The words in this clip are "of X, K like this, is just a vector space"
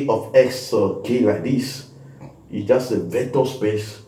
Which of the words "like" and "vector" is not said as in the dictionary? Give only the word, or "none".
vector